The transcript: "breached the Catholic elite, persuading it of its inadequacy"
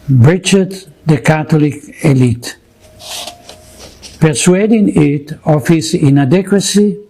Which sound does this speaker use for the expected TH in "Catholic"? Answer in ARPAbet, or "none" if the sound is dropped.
T